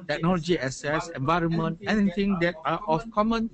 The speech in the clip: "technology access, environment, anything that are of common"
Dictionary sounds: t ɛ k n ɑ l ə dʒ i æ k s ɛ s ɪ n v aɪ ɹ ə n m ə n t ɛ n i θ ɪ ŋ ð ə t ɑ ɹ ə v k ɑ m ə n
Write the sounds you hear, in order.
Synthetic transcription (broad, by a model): t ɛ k n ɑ l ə dʒ i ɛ s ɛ s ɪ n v aɪ ɹ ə n m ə n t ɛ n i t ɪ ŋ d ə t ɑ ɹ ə f k ɑ m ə n